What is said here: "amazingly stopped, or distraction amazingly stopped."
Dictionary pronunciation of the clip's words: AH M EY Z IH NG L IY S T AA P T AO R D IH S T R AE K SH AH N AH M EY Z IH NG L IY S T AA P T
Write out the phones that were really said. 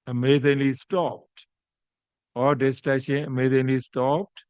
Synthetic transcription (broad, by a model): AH M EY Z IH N L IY S T AA P T AO R D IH S T AE SH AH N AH M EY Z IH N L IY S T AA P T